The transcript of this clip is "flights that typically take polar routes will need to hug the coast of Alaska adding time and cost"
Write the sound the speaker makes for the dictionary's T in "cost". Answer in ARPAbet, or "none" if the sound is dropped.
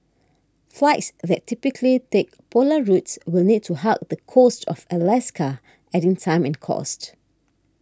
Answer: T